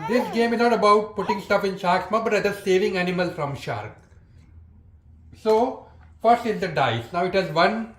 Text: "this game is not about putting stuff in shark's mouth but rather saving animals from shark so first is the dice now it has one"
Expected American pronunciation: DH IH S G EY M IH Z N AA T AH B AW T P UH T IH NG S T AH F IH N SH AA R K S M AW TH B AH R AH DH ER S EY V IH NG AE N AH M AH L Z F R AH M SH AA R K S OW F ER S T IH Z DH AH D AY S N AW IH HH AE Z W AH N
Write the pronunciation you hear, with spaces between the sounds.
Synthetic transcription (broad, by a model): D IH S G EY M IH Z N AA T AH B AW T P UH T IH NG S T AH F IH N SH AA R K S M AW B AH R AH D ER S EY V IH NG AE N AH M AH L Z F R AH M SH AA R K S OW F ER S T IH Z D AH D AY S N AW IH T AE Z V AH N